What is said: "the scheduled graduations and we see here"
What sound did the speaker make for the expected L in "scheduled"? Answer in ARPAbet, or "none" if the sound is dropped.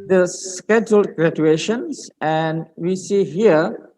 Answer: L